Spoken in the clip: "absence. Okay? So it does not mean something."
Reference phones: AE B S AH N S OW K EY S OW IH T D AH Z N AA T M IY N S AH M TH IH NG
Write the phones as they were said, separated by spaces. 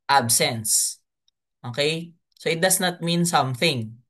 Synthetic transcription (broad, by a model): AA B S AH N S OW K EY S OW IH T D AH S N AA T M IY N S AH M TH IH NG